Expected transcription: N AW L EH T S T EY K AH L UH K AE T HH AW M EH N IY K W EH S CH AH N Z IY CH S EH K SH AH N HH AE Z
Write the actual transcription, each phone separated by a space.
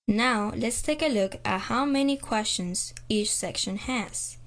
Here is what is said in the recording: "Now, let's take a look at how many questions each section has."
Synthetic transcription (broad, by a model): N AW L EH T S T EY K AH L UH K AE T HH AW M EH N IY K W EH S CH AH N Z IY CH S EH K SH AH N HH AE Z